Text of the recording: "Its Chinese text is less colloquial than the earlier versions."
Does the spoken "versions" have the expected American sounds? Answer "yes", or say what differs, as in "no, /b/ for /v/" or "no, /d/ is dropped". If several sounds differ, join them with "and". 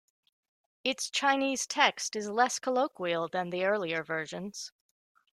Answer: yes